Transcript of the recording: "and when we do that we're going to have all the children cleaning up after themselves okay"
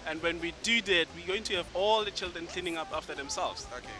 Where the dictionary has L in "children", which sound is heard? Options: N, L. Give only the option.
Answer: L